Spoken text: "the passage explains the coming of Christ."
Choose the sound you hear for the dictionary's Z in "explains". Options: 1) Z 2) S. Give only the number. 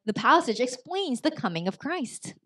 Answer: 1